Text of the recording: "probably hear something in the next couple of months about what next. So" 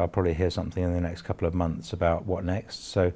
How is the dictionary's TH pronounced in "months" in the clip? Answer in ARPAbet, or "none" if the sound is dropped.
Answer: TH